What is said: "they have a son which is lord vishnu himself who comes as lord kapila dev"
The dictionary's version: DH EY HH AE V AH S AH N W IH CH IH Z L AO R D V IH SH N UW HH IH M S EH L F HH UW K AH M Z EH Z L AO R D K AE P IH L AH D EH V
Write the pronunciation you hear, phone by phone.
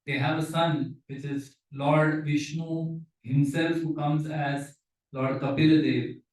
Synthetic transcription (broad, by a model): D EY HH AE V AH S AH N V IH CH IH Z L AO R D V IH SH N UW HH IH M S EH L F HH UW K AH M Z EH Z L AO R D K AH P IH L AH D EH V